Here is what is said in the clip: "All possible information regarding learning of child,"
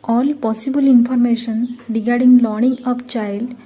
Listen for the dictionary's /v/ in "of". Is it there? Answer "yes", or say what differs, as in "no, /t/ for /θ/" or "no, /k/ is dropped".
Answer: no, /p/ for /v/